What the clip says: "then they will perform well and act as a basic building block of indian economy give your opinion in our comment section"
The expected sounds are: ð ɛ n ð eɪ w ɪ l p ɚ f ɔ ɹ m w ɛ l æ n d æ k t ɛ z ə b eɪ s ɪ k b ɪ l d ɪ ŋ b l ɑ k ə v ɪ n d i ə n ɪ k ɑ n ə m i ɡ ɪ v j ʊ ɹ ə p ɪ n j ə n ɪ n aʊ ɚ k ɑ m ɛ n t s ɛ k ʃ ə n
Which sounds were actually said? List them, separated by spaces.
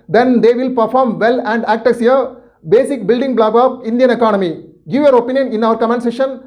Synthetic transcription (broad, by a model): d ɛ n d eɪ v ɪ l p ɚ f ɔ ɹ m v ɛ l æ n d æ k t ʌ s ə b eɪ s ɪ k b ɪ l d ɪ ŋ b l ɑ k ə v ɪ n d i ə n ɪ k ɑ n ə m i ɡ ɪ v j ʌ ɹ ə p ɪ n j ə n ɪ n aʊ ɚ k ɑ m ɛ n s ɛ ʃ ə n